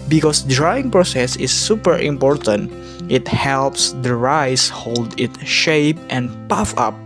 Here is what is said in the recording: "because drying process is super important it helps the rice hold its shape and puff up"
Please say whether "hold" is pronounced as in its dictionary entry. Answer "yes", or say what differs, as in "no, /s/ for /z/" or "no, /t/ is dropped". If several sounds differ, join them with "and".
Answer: yes